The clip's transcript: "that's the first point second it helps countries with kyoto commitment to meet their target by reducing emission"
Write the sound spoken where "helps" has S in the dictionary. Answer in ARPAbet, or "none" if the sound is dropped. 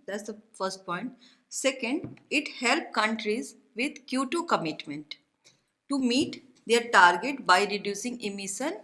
none